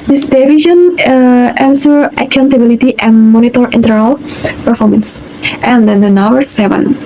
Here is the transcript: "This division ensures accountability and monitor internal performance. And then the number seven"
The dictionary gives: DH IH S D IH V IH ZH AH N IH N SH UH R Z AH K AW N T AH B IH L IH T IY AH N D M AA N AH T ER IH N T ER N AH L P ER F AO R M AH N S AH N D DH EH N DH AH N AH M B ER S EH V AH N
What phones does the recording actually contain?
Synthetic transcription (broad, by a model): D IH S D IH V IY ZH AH N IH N S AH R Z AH K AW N T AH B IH L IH T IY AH N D M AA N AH T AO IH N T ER AH L P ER F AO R M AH N S AH N D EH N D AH N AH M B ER S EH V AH N